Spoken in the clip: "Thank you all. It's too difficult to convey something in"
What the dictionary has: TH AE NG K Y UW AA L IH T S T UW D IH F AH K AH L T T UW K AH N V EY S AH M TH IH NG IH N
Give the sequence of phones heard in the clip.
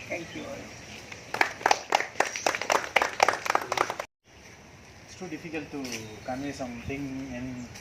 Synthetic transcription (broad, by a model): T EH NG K Y UW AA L IH T S T UW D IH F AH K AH L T T UW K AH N EY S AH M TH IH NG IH N